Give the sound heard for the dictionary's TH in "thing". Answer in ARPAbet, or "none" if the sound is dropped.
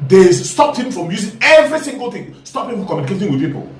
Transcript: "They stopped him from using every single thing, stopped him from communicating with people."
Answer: T